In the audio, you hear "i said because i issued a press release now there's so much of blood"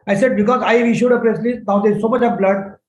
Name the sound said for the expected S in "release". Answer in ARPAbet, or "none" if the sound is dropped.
none